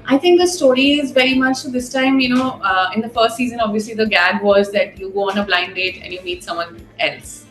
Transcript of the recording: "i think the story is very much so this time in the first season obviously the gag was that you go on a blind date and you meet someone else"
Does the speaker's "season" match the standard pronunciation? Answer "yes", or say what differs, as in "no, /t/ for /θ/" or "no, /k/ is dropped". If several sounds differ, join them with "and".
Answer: yes